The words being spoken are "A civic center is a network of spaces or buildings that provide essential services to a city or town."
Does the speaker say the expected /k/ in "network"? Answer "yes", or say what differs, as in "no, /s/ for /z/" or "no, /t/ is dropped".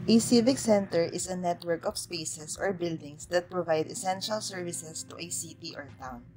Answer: yes